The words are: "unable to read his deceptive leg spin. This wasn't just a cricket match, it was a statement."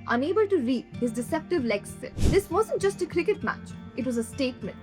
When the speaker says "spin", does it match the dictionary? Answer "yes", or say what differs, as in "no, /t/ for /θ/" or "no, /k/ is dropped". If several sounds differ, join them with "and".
no, /p/ is dropped